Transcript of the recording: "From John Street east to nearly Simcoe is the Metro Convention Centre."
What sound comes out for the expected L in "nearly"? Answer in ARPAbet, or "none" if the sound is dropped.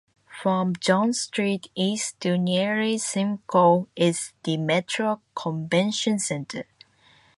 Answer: none